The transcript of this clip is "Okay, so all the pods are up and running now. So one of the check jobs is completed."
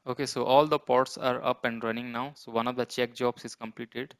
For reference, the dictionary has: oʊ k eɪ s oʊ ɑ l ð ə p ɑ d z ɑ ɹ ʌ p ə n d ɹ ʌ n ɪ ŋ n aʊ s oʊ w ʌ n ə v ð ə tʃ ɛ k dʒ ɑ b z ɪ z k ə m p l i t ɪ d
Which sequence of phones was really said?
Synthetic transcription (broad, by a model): oʊ k eɪ s oʊ ɑ l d ə p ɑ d s ɑ ɹ ʌ p ə n d ɹ ʌ n ɪ ŋ n aʊ s oʊ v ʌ n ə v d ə tʃ ɛ k dʒ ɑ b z ɪ z k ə m p l i t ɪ d